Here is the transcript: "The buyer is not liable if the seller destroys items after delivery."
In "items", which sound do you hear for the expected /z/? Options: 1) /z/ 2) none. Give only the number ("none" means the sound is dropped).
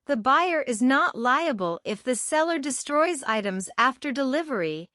1